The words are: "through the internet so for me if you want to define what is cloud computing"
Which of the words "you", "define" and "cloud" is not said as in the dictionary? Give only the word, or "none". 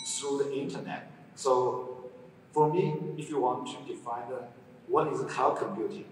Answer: cloud